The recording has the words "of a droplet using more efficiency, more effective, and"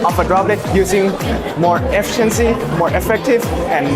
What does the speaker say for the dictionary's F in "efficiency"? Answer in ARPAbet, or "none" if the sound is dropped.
F